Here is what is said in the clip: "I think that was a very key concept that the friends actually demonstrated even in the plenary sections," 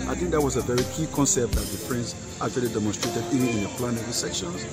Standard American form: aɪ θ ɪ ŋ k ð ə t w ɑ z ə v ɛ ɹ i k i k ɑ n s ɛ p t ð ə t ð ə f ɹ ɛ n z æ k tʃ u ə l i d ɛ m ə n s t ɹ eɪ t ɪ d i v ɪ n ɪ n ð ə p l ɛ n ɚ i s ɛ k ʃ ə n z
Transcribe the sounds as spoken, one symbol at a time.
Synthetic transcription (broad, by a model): aɪ θ ɪ ŋ k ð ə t w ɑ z ə v ɛ ɹ i k i k ɑ n s ɛ p t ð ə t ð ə p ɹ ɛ n s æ k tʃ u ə l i d ɛ m ə n s t ɹ eɪ t ɪ d i v ɪ n ɪ n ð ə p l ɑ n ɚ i s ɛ k ʃ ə n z